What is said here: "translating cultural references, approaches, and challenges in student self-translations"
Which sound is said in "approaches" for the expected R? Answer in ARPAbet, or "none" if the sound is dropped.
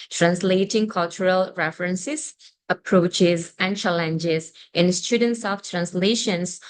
R